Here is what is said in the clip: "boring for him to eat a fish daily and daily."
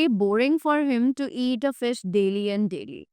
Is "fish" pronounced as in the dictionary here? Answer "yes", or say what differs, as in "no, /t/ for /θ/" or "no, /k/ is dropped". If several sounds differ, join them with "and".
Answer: no, /s/ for /ʃ/